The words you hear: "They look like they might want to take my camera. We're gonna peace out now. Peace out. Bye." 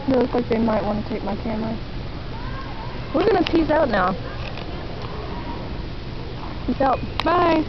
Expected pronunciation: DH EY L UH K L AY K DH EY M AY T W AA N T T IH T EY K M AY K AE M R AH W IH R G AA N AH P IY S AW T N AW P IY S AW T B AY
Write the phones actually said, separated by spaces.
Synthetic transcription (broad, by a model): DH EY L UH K L AY K DH EY M AY T W AA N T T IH T EY K M AY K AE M L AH W IH R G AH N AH P IY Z AW T N AW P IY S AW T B AY